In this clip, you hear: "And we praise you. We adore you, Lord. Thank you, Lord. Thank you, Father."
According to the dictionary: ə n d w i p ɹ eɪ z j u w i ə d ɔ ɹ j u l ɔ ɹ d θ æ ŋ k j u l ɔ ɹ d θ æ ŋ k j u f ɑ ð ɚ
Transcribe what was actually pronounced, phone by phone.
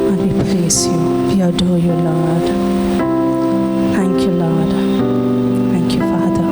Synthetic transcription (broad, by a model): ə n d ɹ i p l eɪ s j u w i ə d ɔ j u l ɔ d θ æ ŋ k j u l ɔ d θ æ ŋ k j u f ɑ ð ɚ